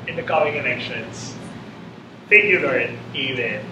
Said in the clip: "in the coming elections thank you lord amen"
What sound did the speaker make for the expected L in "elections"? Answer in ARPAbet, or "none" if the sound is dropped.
N